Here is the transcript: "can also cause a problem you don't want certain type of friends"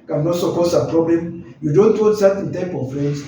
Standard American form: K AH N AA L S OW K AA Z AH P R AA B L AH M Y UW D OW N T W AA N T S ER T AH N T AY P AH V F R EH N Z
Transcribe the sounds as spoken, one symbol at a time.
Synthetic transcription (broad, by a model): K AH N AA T S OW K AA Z AH P R AA B L AH M Y UW D OW N T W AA T S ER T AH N T AY P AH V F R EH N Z